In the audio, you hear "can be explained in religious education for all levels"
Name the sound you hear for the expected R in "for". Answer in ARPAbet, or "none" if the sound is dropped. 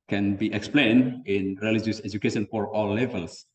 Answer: R